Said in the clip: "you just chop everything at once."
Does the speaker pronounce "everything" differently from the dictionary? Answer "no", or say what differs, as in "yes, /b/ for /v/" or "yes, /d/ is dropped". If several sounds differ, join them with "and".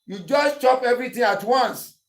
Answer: yes, /t/ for /θ/